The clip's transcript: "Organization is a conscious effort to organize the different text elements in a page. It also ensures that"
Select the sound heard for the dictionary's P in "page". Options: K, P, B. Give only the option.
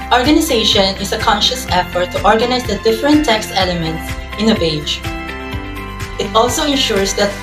B